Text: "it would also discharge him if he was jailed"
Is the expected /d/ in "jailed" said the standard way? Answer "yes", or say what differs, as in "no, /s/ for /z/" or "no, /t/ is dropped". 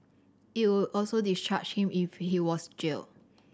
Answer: no, /d/ is dropped